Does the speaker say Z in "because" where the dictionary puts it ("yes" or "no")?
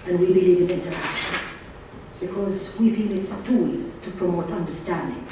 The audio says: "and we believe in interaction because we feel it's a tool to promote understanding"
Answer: yes